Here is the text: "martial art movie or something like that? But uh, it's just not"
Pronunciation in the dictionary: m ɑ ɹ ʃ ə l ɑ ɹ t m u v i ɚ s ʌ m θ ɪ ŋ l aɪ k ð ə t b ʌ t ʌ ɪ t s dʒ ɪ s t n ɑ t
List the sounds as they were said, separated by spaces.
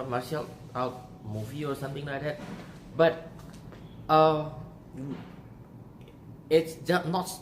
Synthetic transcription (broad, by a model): m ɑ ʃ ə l ɑ w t m u v i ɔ s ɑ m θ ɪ ŋ l aɪ k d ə t b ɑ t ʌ ɪ t s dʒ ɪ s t n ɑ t